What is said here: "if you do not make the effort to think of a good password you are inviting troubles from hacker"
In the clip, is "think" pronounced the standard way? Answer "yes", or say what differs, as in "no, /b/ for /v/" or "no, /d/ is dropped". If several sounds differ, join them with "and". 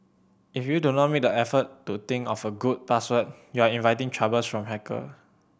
no, /t/ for /θ/